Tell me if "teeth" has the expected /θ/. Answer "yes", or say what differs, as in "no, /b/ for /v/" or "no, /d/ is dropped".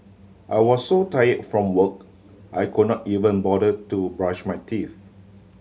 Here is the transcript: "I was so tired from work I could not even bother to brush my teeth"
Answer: no, /f/ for /θ/